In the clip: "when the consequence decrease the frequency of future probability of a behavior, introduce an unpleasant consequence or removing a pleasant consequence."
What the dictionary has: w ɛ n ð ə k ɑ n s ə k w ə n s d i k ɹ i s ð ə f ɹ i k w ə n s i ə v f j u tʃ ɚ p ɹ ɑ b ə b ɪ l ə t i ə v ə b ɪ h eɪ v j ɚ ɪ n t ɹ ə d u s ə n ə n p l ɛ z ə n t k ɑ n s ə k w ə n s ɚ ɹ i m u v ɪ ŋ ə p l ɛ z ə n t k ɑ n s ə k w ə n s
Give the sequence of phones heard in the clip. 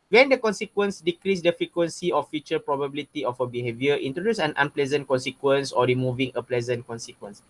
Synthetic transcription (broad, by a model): w ɛ n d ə k ɑ n s ə k w ə n s d i k ɹ i s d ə f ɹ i k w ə n s i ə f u tʃ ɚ p ɹ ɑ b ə b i l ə t i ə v ə b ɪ h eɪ v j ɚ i n t ɹ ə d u s ə n ə n p l ɛ z ə n t k ɑ n s ə k w ə n s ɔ ɹ i m u v ɪ ŋ ə p l ɛ z ə n t k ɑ n s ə k w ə n s